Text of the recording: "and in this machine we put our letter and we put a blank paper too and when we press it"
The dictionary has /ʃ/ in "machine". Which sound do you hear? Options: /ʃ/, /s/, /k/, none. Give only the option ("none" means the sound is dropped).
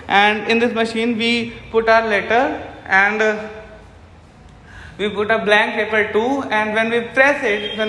/ʃ/